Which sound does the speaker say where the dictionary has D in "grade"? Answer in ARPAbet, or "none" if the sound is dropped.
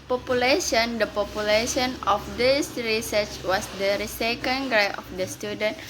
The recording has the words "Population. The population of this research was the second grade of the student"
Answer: none